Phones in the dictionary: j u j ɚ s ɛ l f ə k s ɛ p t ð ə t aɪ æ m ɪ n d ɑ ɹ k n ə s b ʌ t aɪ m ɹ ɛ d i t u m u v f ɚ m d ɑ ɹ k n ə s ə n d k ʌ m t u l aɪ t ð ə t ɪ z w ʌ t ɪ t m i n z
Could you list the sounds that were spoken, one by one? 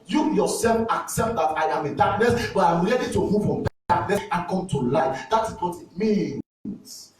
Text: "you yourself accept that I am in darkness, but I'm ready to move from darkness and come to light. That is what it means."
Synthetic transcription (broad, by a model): j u j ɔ s ɛ l f ə k s ɛ p t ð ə t aɪ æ m ɪ n d ɑ ɹ k n ə s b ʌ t aɪ m ɹ ɛ d i t u m u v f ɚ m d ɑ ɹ k n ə s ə n k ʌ m t u l aɪ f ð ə t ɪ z w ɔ t ɪ t m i n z